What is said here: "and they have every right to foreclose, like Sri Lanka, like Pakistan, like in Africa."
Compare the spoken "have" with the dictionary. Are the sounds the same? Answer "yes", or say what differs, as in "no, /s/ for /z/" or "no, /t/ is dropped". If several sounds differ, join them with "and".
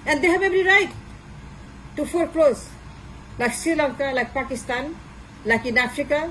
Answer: no, /b/ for /v/